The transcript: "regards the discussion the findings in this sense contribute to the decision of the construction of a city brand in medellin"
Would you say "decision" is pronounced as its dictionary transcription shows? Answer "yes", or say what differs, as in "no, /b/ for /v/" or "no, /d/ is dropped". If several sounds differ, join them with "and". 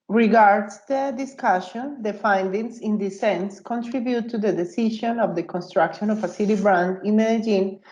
no, /ʃ/ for /ʒ/